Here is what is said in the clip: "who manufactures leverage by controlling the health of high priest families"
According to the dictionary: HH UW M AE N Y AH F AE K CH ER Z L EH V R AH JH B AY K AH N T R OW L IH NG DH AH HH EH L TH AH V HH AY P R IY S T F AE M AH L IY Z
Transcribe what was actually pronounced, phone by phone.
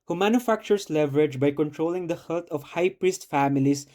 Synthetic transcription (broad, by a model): HH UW M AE N Y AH F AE K CH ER S L EH V R AH JH B AY K AH N T R OW L IH NG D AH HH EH L T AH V HH AY P R IY S T F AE M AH L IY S